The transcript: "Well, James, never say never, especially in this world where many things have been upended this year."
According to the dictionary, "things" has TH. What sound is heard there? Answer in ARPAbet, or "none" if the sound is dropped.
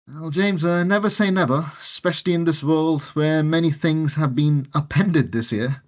TH